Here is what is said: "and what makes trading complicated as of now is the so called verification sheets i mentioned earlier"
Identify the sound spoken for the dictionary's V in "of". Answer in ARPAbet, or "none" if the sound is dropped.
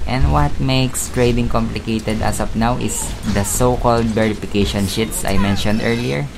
P